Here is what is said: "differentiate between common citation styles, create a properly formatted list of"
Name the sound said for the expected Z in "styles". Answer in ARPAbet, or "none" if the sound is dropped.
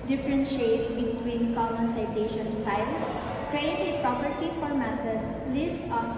S